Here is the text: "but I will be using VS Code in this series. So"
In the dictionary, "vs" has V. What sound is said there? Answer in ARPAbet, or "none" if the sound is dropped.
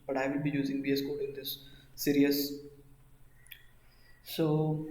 B